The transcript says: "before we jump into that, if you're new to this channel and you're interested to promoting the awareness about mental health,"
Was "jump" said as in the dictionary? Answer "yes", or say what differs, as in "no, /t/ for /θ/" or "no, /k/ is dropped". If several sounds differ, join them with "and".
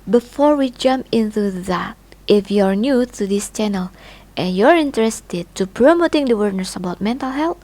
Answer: yes